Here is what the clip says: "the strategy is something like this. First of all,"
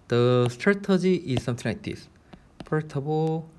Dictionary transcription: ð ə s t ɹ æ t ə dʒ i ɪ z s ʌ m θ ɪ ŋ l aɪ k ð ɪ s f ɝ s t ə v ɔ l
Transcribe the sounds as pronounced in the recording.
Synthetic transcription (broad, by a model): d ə s t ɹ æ t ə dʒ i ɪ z s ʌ m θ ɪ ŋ l aɪ k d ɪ s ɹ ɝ t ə b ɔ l